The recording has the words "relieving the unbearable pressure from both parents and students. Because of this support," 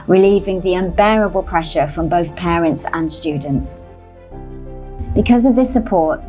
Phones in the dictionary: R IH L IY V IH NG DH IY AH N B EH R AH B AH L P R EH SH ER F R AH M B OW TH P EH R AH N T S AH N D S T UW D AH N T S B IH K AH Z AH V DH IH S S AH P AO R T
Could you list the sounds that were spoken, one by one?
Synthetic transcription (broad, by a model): R IH L IY V IH NG DH IY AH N B EH R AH B AH L P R EH SH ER F R AH M B OW TH P EH R AH N T S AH N S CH UW D N T S B IH K AH Z AH V DH IH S S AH P AO T